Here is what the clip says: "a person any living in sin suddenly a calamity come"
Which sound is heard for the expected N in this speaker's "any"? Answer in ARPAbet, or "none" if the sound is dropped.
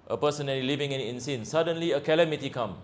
L